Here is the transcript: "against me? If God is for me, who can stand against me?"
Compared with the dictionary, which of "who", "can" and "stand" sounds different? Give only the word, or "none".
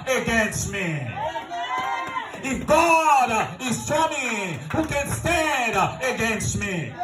stand